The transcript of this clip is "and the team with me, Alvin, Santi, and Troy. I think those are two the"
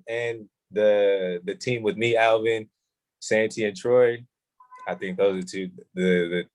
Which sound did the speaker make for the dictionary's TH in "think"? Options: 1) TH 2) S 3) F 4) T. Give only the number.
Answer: 1